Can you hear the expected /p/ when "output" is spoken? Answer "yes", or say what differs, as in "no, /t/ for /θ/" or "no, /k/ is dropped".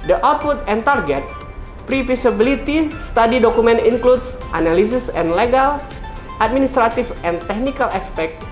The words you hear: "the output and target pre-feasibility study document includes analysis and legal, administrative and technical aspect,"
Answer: no, /f/ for /p/